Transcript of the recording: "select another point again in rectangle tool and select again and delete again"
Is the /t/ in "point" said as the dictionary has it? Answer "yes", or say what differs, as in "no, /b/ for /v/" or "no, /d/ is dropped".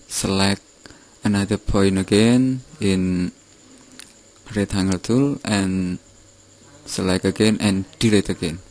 no, /t/ is dropped